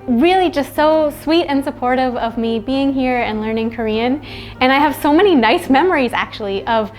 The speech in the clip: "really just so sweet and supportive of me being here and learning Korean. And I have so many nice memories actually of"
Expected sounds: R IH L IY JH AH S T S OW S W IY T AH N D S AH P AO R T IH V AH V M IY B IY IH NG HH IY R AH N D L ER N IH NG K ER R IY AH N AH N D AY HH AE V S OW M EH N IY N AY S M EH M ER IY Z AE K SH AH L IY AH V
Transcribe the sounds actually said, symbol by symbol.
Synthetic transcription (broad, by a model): R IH L IY JH AH S T S OW S W IY T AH N S AH P AO R T IH V AH V M IY B IY IH NG HH IY R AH N L ER N IH NG K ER R IY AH N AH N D AY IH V S OW M EH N IY N AY S M EH M ER IY Z AE K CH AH L IY AH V